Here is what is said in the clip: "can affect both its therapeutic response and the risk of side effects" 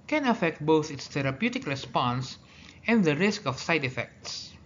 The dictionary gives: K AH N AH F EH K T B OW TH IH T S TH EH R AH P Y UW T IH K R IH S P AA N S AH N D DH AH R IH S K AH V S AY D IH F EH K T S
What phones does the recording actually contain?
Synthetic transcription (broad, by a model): K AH N AH F EH K T B OW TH IH T S T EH R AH P Y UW T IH K R IH S P AA N S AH N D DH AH R IH S K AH F S AY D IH F EH K T S